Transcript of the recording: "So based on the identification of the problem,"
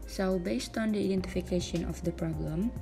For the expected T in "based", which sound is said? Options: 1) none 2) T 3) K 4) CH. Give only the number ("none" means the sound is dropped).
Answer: 2